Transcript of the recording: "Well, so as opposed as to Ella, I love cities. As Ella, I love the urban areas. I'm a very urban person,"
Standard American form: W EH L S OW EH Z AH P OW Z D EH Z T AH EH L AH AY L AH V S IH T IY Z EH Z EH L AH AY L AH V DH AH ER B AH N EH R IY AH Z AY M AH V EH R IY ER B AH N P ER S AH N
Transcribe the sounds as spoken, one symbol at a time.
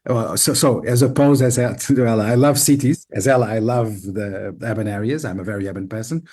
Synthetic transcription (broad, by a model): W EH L S OW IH Z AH P OW Z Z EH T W EH L AH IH L AH V S IH T IY Z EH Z EH L AH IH L AH V DH AH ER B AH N EH R IY AH Z AY M AH V EH R IY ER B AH N P ER S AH N